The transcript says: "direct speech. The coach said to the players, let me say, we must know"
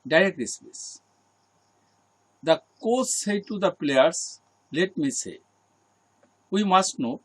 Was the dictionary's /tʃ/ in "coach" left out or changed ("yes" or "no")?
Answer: yes